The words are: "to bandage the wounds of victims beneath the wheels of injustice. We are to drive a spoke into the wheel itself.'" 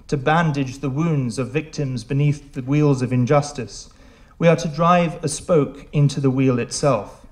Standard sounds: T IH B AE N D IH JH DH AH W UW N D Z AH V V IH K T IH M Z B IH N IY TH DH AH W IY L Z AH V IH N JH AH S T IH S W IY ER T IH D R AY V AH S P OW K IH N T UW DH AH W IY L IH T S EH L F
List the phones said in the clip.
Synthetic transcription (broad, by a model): T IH B AE N D IH JH DH AH W UW N D Z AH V V IH K T IH M Z B IH N IY TH DH AH W IY L Z AH V IH N JH AH S T IH S W IY ER T IH D R AY V AH S P OW K IH N T UW DH AH W IY L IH T S EH L F